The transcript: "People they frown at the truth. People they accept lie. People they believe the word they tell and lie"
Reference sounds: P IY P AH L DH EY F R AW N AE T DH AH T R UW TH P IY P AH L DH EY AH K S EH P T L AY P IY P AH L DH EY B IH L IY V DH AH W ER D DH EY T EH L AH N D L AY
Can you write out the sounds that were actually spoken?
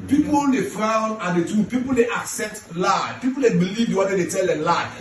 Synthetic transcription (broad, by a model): P IY P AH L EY F R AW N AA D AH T UW P IY P AH L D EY AH K S EH P T L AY P IY P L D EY B IH L IY V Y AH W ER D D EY T EH L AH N L AY